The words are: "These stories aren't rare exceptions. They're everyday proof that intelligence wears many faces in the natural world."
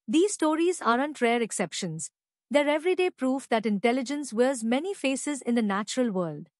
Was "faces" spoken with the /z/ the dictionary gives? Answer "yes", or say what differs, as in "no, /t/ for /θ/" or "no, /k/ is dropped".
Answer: yes